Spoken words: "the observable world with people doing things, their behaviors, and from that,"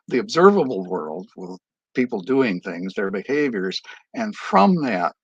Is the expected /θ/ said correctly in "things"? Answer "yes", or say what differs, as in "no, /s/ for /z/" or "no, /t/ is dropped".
yes